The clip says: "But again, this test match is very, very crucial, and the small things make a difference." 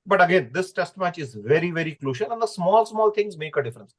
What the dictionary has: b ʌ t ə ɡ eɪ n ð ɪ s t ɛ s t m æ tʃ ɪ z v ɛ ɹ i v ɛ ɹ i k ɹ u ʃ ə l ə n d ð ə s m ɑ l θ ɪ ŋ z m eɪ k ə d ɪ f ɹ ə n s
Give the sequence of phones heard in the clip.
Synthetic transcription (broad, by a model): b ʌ t ə ɡ eɪ n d ɪ s t ɛ s t m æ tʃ ɪ z v ɛ ɹ i v ɛ ɹ i k l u ʃ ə l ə n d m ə s m ɑ l t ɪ ŋ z m eɪ k ə d ɪ f ɹ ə n s